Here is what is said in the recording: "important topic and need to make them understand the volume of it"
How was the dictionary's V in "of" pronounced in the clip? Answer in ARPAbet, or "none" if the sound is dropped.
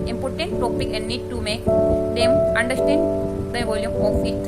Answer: P